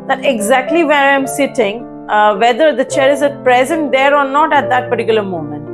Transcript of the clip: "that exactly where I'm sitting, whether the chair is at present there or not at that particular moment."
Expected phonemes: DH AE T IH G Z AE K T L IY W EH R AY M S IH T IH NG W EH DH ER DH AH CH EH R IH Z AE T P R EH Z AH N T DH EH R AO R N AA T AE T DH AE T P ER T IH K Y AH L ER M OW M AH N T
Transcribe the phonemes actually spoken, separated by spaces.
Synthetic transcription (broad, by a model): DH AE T IH G Z AE K T L IY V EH R AY M S IH T IH NG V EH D ER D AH CH EH R IH Z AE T P R EH Z AH N T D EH R AO R N AA T AE T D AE T P ER T IH K Y AH L ER M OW M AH N T